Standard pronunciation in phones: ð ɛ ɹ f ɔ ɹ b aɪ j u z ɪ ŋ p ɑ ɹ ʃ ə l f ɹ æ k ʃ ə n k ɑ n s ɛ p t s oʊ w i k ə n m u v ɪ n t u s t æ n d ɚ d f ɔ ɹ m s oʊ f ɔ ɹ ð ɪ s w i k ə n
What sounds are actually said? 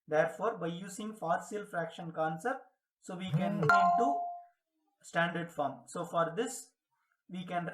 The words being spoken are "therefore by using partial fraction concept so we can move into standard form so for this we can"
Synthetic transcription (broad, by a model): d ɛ ɹ f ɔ ɹ b aɪ j u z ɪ ŋ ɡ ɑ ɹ s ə l f ɹ æ k ʃ ə n k ɑ n s ɛ p t s oʊ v i k ə n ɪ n t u s t æ n d ɚ d f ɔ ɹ m s oʊ f ɔ ɹ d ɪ s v i k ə n